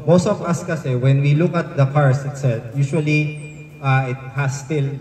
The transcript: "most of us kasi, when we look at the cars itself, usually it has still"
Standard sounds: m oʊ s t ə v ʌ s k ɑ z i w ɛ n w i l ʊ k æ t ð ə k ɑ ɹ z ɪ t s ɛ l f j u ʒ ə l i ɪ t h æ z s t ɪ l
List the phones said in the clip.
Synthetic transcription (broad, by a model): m oʊ s t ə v ʌ s k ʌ s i w ɛ n w i l ʊ k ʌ t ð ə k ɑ ɹ s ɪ t s ɛ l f j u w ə l i ɪ t h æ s t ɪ l